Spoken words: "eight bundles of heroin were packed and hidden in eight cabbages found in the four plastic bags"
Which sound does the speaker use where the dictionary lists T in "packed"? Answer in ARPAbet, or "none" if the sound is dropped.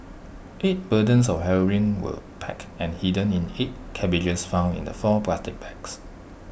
none